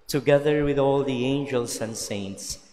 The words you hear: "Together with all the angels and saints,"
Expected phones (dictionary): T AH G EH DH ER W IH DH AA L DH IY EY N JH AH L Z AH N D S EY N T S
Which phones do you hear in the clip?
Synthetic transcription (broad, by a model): T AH G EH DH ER W IH DH AA L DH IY EY N JH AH L S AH N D S EY N T S